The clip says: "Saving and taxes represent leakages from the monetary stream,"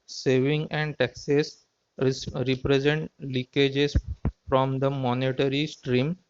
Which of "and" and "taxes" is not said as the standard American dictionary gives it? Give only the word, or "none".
taxes